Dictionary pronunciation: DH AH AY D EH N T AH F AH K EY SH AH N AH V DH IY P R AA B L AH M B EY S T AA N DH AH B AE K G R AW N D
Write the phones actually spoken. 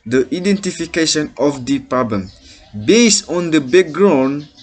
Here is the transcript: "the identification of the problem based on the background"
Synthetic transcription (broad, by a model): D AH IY D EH N T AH F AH K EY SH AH N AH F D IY P R AA B L AH M B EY S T AA N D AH B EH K G R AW N